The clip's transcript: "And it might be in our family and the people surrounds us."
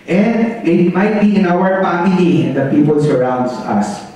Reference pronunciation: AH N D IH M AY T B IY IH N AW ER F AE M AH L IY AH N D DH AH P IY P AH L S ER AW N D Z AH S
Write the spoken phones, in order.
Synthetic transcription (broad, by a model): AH N D IH M AY T B IY IH N AW ER P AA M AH N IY AH N D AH P IY P AH L S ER AW N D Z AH S